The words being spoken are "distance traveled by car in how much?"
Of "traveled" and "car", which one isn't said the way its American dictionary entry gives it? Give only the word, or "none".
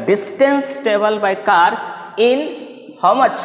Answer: traveled